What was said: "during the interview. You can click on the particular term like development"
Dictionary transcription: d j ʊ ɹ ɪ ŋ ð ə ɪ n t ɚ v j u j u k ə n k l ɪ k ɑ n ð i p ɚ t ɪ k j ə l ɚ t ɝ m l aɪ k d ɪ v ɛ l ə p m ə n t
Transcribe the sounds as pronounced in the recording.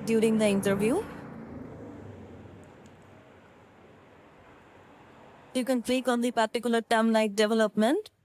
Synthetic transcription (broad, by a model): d j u ɹ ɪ ŋ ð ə ɪ n t ɚ v j u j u k ə n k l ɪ k ɑ n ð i p ɚ t ɪ k j ə l ɚ t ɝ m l aɪ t d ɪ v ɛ l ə p m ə n t